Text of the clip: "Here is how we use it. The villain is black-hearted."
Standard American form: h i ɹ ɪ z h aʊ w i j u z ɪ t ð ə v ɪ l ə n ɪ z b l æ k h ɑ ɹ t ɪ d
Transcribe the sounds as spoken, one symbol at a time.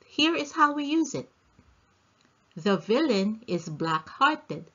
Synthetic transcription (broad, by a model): h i ɹ ɪ z h aʊ w i j u z ɪ t ð ə v ɪ l ə n ɪ z b l æ k h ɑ ɹ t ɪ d